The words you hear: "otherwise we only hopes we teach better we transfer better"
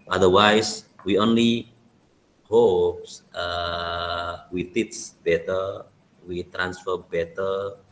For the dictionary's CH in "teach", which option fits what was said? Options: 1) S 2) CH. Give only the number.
1